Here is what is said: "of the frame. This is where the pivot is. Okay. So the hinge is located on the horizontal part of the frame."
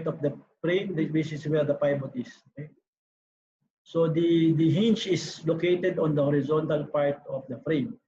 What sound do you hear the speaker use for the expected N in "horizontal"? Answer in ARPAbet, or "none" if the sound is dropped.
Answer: N